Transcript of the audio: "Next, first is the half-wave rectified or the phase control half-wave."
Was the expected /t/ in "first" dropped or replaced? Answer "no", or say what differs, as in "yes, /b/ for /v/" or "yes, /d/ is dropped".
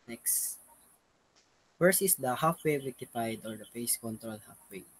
yes, /t/ is dropped